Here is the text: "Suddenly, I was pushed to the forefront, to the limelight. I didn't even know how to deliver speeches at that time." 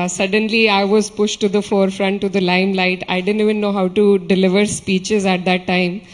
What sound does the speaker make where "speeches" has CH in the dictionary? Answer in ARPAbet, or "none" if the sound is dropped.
CH